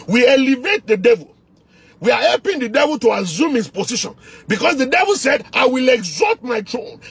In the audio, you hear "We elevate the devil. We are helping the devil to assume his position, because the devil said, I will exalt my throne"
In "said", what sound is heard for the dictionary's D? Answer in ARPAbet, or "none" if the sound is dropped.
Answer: D